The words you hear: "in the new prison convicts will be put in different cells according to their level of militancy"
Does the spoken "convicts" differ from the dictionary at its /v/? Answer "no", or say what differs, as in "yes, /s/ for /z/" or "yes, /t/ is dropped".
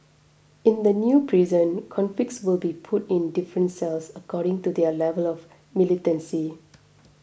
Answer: yes, /f/ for /v/